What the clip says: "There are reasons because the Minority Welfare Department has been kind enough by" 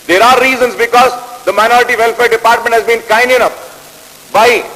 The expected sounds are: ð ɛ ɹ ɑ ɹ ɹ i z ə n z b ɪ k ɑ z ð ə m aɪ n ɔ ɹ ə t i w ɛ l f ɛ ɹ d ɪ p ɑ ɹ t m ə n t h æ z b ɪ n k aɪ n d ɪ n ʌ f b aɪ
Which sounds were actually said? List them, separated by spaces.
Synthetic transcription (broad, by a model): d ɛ ɹ ɑ ɹ ɹ i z ə n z b ɪ k ɑ z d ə m aɪ n ɔ ɹ ə t i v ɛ l f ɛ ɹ d ɪ p ɑ ɹ t m ə n t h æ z b ɪ n k aɪ n d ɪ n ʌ p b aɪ